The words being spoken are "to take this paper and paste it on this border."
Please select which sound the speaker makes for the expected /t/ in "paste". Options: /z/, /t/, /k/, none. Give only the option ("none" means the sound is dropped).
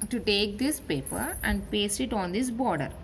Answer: none